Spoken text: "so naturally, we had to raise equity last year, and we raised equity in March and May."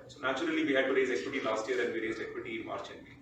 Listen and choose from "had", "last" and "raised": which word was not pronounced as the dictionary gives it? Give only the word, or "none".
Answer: raised